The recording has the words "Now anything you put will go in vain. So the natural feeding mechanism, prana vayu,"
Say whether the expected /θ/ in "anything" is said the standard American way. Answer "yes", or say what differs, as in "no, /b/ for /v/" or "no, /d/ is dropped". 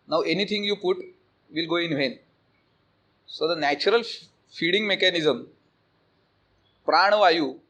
no, /t/ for /θ/